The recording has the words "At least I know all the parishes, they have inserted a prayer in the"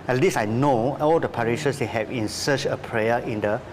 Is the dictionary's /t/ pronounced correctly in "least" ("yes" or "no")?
no